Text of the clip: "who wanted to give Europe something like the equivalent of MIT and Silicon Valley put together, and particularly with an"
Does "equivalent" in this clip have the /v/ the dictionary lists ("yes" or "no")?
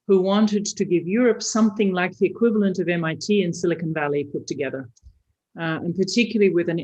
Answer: yes